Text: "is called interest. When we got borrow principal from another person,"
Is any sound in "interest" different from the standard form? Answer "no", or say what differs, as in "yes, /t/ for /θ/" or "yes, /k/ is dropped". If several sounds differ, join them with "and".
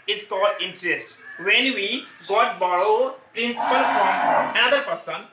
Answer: no